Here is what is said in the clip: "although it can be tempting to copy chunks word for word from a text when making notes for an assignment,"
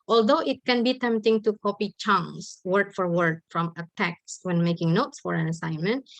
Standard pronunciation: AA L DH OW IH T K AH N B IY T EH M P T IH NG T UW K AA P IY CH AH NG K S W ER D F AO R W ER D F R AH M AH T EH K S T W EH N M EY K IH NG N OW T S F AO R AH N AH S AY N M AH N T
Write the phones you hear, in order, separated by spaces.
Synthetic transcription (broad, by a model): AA L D OW IH T K AH N B IY T EH M P T IH NG T UW K AA P IY CH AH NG S W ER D F AO R W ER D F R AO M AH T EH K S W EH N M EY K IH NG N OW T S F AO R AH N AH S AY N M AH N T